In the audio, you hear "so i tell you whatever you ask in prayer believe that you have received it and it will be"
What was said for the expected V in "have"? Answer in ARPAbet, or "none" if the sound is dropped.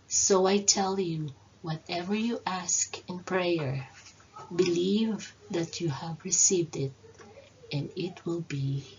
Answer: V